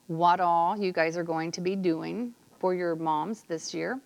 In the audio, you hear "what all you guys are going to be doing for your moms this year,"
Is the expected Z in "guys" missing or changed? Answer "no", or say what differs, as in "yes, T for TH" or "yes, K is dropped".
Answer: no